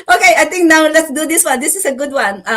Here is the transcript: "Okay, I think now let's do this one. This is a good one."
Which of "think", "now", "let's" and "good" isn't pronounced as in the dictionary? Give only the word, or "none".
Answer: think